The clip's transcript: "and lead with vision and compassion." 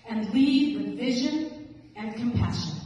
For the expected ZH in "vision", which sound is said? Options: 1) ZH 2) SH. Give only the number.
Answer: 1